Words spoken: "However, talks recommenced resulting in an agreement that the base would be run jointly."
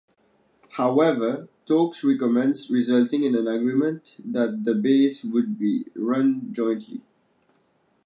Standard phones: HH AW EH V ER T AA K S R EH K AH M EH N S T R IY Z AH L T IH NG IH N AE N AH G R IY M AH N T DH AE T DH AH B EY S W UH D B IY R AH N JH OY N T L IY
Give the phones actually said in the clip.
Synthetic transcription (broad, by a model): HH AW EH V ER T AA K S R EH K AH M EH N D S R IY Z AH L T IH NG IH N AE N AH G R IY M AH N T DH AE T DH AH B EY S W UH D B IY R AH N JH OY N T L IY